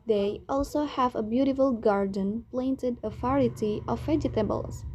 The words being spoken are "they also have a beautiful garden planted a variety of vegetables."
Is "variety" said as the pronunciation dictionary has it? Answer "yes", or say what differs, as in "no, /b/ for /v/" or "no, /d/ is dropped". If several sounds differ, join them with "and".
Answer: no, /f/ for /v/